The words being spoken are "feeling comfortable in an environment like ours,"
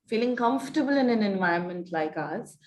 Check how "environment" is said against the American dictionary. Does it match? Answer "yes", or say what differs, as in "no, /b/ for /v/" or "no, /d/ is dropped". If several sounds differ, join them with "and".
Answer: no, /ɹ/ is dropped